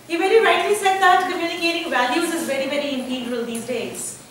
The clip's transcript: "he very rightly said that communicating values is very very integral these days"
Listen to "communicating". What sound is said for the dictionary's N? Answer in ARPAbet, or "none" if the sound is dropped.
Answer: L